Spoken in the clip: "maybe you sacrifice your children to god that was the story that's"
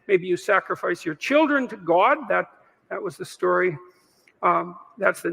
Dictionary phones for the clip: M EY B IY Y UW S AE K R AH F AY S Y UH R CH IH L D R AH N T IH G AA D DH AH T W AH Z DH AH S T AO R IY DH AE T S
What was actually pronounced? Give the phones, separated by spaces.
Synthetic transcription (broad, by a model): M EY B IY Y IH S AE K R AH F AY S Y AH R CH IH L D R AH N T IH G AA D DH AH T W AH Z DH AH S T AO R IY DH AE T S